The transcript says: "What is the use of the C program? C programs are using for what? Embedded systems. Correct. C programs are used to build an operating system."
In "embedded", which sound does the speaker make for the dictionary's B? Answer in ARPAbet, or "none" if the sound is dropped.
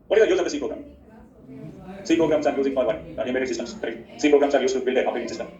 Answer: none